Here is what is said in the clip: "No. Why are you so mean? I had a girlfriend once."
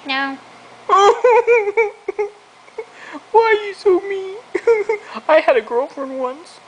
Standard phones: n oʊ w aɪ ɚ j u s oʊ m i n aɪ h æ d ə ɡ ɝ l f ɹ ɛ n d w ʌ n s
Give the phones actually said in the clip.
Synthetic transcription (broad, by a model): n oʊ w aɪ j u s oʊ m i aɪ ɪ d ə ɡ ɝ l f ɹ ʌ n w ʌ n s